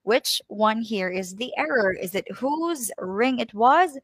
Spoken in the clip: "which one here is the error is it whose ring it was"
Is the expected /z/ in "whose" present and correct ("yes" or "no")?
yes